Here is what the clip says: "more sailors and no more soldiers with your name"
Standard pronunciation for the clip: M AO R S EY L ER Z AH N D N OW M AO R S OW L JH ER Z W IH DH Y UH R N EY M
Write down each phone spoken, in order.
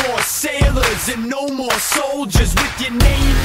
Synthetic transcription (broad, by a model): AO R S EY L ER Z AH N N OW M AO R S OW L JH ER Z W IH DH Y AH R N EY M